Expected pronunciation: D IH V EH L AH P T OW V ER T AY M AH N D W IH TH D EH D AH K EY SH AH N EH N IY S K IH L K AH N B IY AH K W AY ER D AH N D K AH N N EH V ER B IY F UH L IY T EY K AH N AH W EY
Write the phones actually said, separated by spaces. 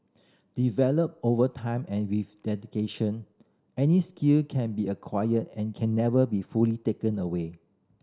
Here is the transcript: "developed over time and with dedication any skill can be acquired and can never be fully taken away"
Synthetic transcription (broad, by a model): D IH V EH L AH P OW V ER T AY M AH N W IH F D EH D AH K EY SH AH N EH N IY S K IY L K AH N B IY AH K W AY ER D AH N K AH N N EH V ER B IY F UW L IY T EY K AH N AH W EY